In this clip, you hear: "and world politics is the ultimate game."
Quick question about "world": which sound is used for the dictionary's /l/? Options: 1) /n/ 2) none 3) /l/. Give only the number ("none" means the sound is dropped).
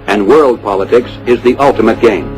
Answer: 3